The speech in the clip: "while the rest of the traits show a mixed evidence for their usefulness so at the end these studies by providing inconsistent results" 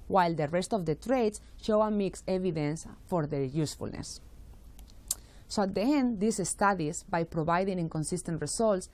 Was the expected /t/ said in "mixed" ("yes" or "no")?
no